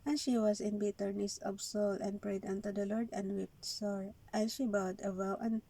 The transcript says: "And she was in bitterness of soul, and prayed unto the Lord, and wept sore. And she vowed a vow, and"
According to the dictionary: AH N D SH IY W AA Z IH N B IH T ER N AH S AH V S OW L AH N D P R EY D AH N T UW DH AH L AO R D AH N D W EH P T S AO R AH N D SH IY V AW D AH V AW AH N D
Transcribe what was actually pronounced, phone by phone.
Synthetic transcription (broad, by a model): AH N SH IY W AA S IH N B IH T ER N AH S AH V S OW L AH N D P R EY D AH N T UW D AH L AO R D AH N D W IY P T S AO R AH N SH IY B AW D AH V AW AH N